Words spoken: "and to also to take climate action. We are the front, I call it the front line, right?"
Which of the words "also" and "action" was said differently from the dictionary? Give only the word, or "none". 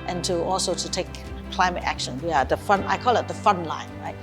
none